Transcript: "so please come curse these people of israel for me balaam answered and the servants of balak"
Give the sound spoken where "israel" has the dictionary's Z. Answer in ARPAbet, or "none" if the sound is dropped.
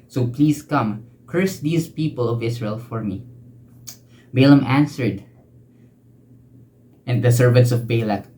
S